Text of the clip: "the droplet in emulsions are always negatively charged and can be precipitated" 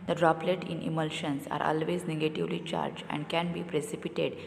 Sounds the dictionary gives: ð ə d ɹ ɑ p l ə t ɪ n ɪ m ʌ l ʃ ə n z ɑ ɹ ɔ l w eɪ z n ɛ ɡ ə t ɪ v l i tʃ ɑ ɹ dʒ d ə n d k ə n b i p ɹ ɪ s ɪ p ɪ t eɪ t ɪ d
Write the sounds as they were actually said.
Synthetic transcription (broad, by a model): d ə d ɹ ɑ p l ə t ɪ n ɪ m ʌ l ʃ ə n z ɑ ɹ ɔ l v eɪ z n ɛ ɡ ə t ɪ v l i tʃ ɑ ɹ dʒ ə n d k ə n b i p ɹ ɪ s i p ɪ t eɪ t d